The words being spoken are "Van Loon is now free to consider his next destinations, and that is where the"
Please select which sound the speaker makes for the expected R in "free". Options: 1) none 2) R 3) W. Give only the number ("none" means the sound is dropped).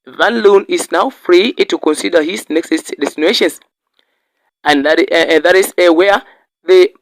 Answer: 2